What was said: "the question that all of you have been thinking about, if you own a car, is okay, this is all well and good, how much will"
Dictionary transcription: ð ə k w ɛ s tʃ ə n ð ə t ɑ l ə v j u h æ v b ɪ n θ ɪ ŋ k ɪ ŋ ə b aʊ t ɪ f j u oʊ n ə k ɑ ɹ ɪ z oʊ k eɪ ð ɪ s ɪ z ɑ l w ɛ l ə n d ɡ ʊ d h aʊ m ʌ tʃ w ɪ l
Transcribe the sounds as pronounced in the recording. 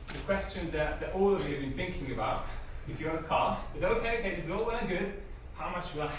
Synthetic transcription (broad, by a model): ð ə k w ɛ s tʃ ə n ð ə t ɑ l ə v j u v b ɪ n θ ɪ ŋ k ɪ ŋ ə b aʊ t ɪ f j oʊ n ə k ɑ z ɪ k oʊ k eɪ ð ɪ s ɪ z ɑ l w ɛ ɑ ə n ɡ ʊ d h aʊ m ʌ tʃ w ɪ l